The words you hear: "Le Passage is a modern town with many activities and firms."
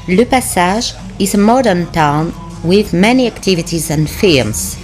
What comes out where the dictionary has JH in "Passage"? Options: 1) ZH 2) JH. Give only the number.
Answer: 1